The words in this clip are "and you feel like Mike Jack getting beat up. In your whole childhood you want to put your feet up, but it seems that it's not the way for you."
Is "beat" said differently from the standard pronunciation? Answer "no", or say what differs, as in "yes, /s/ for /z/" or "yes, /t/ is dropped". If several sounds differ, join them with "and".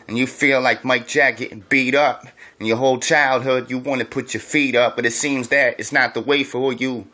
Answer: no